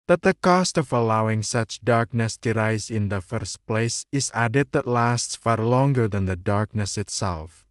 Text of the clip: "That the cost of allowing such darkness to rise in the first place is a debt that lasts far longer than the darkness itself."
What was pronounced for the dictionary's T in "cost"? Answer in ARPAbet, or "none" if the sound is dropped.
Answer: T